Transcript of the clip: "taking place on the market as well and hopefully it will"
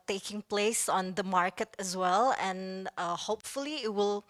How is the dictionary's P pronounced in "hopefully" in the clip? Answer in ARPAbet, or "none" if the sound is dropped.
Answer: P